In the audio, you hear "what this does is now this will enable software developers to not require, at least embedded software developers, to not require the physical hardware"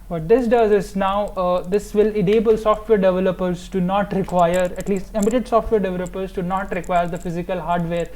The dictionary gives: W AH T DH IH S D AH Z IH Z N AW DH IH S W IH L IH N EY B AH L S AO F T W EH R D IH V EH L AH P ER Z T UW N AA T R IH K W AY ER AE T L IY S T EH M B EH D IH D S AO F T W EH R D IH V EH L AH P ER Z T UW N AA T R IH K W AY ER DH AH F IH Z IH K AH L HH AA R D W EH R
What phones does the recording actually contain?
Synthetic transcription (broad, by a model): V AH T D IH S D AH Z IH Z N AW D IH S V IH L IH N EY B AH L S AO F T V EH R D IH V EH L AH P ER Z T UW N AA T R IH K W AY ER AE T L IY S T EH M IH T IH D S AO F T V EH R D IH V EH L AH P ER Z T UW N AA T R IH K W AY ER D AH F IH Z IH K AH L HH AA R D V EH R